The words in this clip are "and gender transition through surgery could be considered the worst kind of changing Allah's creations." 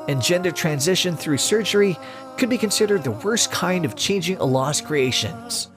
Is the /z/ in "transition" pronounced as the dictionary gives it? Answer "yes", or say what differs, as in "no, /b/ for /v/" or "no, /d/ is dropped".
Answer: yes